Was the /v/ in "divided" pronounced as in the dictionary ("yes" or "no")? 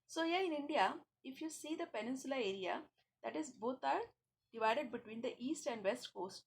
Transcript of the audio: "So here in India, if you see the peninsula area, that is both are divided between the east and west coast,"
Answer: yes